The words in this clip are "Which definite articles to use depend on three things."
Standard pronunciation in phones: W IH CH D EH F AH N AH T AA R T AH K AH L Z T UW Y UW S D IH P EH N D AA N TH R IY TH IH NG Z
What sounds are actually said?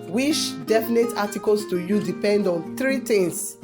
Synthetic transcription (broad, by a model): W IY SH D EH F AH N AH T AA T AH K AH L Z T UW Y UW D IH P EH N D AA N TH R IY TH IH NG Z